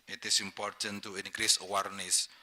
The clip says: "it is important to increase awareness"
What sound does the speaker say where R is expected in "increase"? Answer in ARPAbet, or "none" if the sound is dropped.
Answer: R